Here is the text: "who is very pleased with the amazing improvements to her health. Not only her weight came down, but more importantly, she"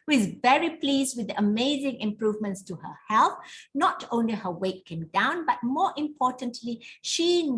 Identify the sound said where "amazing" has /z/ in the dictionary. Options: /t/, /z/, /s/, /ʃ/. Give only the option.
/z/